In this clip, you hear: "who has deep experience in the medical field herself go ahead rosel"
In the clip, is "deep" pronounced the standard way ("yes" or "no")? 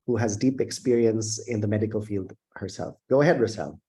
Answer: yes